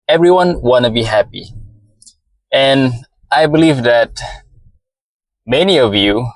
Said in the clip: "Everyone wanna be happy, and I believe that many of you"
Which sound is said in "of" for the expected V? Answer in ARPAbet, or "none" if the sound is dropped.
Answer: V